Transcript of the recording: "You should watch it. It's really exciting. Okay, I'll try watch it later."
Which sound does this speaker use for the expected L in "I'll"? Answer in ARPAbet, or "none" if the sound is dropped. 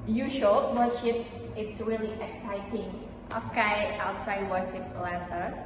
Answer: L